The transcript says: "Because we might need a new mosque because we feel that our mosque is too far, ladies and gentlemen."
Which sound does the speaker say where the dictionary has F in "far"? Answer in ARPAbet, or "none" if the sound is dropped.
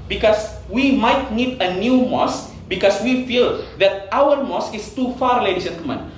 F